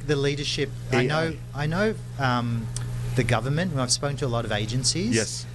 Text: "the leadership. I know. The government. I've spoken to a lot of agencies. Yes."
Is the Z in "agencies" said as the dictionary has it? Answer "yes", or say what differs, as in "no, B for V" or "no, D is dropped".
yes